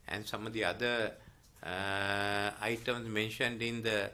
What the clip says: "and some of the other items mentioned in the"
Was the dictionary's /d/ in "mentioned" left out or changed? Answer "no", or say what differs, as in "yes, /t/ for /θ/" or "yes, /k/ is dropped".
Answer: no